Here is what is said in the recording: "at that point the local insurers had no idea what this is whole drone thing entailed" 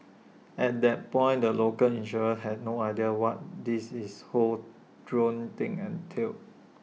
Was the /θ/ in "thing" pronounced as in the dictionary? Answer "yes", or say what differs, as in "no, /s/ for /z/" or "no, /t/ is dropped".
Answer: no, /t/ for /θ/